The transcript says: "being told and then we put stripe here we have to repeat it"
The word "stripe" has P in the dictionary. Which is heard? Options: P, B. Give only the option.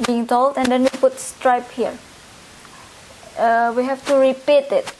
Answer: P